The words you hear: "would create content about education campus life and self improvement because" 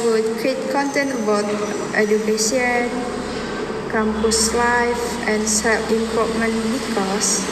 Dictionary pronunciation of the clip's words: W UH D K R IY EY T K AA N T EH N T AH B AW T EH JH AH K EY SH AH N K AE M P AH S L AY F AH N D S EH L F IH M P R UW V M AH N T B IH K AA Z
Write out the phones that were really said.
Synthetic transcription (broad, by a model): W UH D K R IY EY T K AA N T EH N T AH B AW T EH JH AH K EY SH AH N K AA M P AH S L AY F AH N S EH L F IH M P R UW P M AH N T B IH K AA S